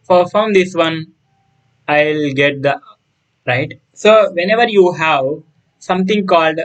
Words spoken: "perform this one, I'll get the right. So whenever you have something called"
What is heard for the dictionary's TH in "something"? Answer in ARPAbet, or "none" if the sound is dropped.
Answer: T